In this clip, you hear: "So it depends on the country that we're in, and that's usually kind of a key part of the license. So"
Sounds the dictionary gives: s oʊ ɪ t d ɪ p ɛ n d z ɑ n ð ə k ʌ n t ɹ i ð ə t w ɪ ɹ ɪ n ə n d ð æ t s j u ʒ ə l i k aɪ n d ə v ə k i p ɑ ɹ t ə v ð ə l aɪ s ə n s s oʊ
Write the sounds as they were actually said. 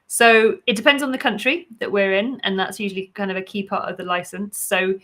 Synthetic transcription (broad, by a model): s oʊ ɪ t d ɪ p ɛ n d z n ð ə k ʌ n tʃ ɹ i ð ə t w ɪ ɹ ɪ n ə n ð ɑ t s j u ʒ ə l i k aɪ n d ə v ə k i p ɑ t ə v ð ə l aɪ s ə n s s oʊ